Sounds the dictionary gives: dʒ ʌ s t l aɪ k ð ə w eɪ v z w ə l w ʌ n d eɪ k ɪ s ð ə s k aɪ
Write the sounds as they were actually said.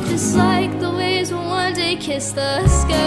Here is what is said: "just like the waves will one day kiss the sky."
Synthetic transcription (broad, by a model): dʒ ʌ s t l aɪ k ð ə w eɪ z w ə n w ʌ n d eɪ k ɪ s ð ə s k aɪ